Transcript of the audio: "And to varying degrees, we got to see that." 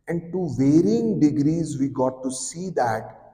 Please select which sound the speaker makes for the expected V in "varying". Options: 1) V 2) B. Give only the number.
1